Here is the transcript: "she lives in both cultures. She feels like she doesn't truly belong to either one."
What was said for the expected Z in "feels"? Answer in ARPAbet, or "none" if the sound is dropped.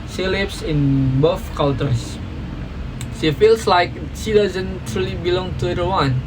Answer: S